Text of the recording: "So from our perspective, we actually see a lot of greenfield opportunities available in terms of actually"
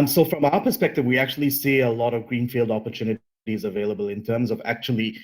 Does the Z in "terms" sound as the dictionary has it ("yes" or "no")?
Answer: yes